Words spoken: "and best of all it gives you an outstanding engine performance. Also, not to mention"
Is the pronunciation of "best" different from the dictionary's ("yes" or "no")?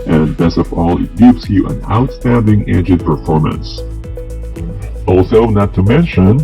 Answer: yes